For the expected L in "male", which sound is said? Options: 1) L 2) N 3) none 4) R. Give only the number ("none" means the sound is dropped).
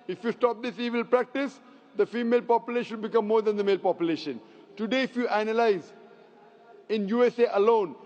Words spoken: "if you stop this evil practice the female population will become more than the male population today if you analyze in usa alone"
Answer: 1